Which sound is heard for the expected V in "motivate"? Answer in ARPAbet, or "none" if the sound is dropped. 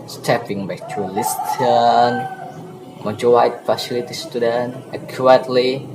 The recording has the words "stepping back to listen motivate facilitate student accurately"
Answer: W